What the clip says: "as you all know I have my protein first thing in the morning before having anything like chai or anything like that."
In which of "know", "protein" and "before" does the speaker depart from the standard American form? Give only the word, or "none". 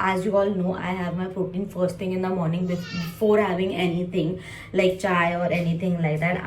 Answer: protein